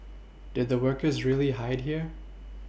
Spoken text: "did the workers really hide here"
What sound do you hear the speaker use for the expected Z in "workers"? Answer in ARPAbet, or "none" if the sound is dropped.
Z